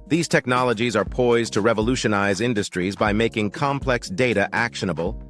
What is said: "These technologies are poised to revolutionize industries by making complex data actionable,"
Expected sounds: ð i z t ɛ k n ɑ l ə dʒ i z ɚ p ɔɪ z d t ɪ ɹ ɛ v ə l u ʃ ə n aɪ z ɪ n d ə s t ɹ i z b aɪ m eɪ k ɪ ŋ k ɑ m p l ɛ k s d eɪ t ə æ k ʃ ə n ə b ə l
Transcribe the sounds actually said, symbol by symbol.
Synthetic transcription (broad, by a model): ð i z t ɛ k n ɑ l ə dʒ i z ɚ p ɔɪ z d t ɪ ɹ ɛ v ə l u ʃ ə n aɪ z ɪ n d ə s t ɹ i z b aɪ m eɪ k ɪ ŋ k ɑ m p l ɛ k s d eɪ t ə æ k ʃ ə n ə b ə l